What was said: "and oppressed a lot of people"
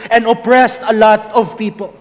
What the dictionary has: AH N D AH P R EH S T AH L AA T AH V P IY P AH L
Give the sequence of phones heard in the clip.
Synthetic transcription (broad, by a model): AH N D AH P R EH S T AH L AA T AH V P IY P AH L